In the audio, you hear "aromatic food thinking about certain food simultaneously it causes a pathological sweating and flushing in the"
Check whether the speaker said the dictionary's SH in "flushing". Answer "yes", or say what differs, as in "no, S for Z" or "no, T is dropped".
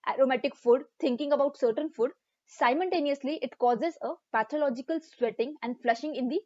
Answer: yes